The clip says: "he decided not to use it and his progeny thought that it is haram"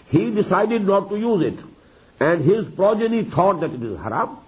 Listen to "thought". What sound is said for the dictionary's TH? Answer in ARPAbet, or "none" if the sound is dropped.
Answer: T